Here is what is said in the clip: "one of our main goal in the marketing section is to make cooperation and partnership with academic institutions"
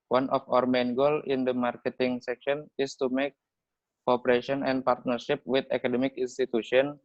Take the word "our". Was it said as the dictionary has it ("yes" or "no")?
yes